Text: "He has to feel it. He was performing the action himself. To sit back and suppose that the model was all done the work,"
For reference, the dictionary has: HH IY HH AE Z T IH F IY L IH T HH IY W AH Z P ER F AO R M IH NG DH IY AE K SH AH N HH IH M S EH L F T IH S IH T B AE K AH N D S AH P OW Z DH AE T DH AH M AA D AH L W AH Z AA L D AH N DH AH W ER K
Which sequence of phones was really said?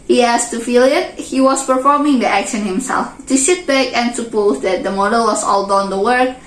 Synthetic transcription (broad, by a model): HH IY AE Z T IH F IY L IH T HH IY W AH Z P ER F AO R M IH NG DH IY AE K SH AH N HH IH M S EH L F T IH SH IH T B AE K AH N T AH P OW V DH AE T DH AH M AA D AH L W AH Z AA L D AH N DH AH W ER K